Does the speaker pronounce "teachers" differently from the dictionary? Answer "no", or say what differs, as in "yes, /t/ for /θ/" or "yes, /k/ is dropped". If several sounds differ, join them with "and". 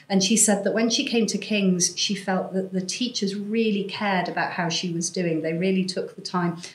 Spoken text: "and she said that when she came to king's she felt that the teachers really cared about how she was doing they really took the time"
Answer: no